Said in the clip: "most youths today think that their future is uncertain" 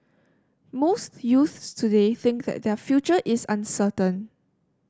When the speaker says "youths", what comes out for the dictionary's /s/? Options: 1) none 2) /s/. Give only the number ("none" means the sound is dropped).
2